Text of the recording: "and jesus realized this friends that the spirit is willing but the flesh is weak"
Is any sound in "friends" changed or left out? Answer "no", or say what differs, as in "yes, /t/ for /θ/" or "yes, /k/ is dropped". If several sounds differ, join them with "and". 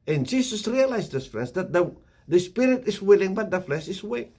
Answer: yes, /l/ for /ɹ/